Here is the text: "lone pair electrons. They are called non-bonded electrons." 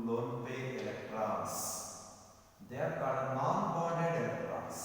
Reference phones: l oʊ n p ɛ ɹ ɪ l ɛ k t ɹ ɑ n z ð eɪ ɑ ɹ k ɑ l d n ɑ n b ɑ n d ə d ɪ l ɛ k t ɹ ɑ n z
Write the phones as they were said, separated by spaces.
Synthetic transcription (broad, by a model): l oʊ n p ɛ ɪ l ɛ k t ɹ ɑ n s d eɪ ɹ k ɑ d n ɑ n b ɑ d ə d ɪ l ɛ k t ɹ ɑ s